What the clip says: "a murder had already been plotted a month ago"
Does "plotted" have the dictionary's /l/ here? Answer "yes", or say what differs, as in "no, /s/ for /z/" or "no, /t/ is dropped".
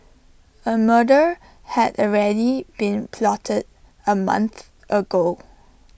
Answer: yes